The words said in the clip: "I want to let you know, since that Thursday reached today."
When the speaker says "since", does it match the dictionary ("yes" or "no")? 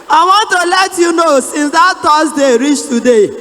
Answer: yes